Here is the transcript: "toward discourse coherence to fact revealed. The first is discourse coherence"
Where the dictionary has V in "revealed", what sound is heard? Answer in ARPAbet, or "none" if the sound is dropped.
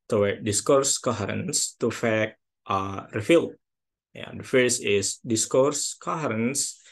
F